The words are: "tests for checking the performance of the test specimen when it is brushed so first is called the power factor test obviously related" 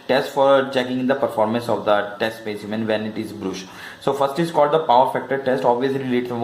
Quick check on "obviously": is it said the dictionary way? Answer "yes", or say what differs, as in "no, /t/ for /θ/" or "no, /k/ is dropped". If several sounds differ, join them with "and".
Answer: yes